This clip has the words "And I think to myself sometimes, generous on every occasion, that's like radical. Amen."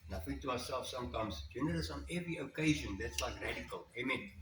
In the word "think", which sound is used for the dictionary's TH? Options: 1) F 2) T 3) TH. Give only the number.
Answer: 1